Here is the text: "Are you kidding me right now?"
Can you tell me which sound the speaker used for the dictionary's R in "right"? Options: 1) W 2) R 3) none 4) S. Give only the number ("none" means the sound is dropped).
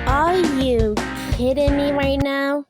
2